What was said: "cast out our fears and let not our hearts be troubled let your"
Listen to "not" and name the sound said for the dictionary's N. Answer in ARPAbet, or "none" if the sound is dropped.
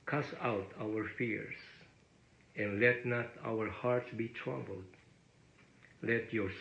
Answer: N